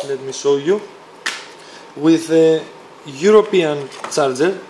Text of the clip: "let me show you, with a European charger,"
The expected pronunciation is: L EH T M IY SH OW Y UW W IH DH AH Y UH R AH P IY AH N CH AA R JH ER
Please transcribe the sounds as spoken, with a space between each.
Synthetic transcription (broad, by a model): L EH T M IY S OW Y UW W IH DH AH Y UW R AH P IY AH N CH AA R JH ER